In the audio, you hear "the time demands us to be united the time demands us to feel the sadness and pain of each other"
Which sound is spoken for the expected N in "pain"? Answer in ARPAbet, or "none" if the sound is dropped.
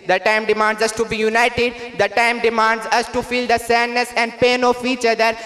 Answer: N